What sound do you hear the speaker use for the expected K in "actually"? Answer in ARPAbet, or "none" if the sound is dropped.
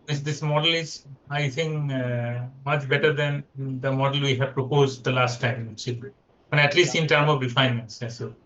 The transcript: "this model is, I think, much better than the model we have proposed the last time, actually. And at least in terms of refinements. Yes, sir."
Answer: none